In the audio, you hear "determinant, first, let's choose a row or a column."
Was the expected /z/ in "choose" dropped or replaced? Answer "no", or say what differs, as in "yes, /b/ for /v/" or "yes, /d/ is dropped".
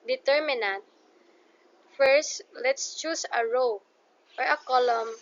yes, /s/ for /z/